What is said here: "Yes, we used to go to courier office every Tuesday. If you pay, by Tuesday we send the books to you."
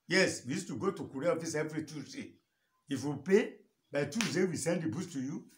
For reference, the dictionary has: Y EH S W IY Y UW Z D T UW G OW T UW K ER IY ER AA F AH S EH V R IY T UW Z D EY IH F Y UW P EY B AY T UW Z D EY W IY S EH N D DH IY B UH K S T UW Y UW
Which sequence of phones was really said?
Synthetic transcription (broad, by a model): Y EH S W IY Y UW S T UW G OW T UW K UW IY AA F AH S EH V R IY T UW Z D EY IH F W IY P EY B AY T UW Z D EY W IY S EH N D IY B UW S T UW Y UW